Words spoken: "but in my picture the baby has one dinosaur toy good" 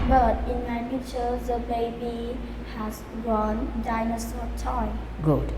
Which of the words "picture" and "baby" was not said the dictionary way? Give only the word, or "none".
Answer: picture